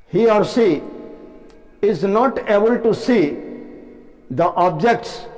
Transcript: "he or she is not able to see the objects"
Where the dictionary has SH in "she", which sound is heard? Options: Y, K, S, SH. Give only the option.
S